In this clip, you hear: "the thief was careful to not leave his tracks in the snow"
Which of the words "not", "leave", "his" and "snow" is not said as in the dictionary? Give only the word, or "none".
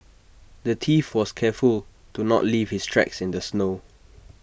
his